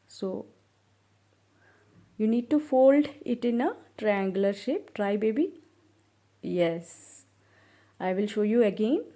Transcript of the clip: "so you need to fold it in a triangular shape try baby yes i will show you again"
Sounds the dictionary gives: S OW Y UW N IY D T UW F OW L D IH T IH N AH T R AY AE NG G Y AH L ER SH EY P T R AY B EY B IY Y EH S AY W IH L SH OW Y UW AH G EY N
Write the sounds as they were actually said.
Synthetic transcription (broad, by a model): S OW Y UW N IY D T UW F OW L D IH T IH N AH T R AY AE NG G L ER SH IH P T R AY B EY B IY Y EH S AY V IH L SH OW Y UW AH G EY N